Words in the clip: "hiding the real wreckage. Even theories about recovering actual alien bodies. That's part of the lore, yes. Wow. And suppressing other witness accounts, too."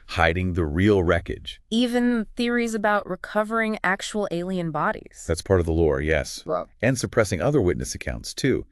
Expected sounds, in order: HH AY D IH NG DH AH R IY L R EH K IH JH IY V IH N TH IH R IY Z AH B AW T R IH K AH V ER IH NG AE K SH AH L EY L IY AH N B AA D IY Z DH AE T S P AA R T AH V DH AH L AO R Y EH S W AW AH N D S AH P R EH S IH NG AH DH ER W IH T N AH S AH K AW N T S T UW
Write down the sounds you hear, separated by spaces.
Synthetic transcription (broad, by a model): HH AY D IH NG DH AH R IY L R EH K IH JH IY V IH N TH IH R IY Z AH B AW T R IH K AH V ER IH NG AE K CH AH L EY L IY AH N B AA D IY Z DH AE T S P AA R T AH V DH AH L AO R Y EH S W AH N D S AH P R EH S IH NG AH DH ER W IH T N AH S AH K AW N T S T UW